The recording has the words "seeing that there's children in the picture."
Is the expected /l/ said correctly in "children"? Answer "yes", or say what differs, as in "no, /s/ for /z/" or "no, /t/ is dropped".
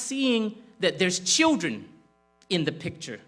yes